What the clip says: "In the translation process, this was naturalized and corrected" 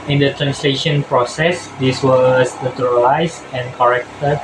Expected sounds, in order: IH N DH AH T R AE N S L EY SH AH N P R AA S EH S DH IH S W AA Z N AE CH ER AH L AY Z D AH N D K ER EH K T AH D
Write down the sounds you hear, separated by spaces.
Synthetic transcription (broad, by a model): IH N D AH T R AE N S L EY SH AH N P R AA S EH S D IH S W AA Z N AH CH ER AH L AY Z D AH N K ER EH K T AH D